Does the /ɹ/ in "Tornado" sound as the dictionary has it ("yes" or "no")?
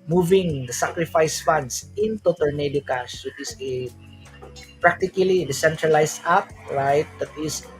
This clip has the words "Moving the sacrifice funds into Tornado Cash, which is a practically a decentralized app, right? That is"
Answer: no